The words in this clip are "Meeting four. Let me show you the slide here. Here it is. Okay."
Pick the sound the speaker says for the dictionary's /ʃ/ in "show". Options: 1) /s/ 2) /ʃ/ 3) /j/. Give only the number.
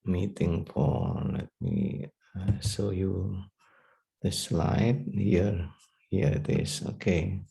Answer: 1